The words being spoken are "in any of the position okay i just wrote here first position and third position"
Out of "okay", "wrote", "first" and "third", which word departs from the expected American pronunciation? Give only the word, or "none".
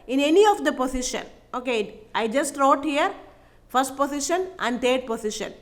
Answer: third